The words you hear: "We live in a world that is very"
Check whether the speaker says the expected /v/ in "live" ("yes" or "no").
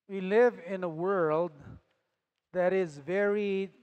yes